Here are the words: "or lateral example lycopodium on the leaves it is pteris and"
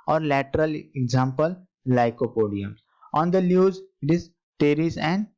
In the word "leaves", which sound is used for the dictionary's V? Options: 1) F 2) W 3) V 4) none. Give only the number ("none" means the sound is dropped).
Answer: 4